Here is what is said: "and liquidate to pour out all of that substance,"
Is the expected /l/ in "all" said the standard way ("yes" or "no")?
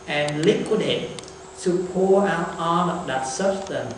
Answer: no